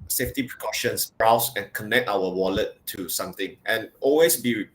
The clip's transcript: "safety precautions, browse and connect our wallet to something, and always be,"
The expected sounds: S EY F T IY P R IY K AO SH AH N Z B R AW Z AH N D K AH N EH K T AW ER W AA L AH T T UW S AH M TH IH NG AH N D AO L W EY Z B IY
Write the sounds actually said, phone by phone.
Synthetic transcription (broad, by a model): S EY F T IY P R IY K AO SH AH N S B R AW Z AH N K AH N EH K T AW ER W AA L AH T T UW S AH M T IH NG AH N AO L W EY S B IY